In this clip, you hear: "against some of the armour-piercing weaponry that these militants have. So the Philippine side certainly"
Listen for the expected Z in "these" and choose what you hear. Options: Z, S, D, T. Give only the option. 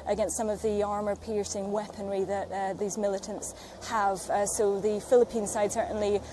Z